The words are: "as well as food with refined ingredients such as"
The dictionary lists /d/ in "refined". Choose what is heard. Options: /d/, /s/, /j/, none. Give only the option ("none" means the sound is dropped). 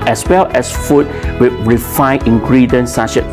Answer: none